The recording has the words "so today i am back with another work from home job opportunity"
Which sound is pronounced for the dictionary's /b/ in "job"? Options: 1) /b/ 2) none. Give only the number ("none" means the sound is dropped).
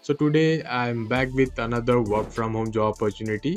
2